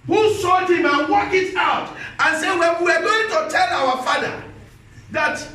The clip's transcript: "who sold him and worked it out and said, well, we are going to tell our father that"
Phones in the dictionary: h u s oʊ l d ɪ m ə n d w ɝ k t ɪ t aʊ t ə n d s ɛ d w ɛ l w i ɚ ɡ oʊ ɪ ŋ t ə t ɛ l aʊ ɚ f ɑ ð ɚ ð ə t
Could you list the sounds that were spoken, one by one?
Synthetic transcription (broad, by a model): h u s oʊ d ɪ m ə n w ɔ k ɪ t aʊ t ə n s ɛ d w ɛ n w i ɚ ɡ oʊ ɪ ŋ t ə t ɛ l aʊ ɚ f ɑ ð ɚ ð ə t